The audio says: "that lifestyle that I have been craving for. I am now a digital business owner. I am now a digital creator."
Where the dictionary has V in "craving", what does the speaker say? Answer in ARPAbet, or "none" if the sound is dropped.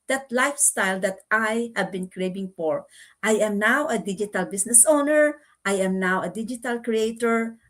B